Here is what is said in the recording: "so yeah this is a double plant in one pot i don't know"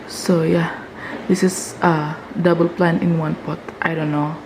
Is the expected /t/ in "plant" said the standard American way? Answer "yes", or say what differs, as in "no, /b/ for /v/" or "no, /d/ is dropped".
no, /t/ is dropped